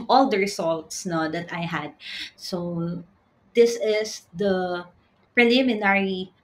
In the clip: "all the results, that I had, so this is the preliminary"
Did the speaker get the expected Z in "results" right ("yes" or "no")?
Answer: no